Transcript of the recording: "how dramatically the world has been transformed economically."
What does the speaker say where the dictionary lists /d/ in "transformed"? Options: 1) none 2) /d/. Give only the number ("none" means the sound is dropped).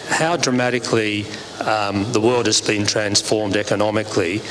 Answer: 2